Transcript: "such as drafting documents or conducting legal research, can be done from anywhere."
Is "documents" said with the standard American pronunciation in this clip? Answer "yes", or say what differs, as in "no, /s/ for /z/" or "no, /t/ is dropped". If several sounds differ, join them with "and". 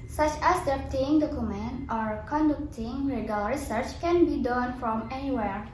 no, /s/ is dropped